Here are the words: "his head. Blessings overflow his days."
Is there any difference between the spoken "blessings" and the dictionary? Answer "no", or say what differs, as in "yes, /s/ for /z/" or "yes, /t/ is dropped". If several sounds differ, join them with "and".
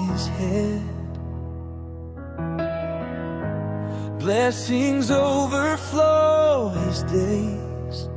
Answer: no